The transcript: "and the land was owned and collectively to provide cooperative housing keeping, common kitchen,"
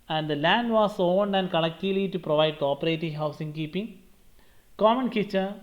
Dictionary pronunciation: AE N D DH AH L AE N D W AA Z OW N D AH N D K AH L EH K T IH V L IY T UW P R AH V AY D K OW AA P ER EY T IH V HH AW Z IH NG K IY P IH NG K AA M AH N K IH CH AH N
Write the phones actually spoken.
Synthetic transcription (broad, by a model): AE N D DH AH L AE N D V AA S OW N D AH N D K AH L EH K T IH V L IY T UW P R AH V AY D K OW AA P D EY T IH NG HH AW S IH NG K IY P IH NG K AA M AH N K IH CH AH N